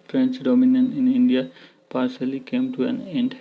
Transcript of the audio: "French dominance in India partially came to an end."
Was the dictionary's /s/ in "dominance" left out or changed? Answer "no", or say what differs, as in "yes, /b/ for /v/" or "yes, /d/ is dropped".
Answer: yes, /s/ is dropped